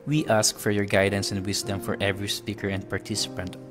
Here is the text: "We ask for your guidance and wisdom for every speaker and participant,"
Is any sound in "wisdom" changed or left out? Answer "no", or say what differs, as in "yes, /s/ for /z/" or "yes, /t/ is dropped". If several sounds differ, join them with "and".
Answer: yes, /s/ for /z/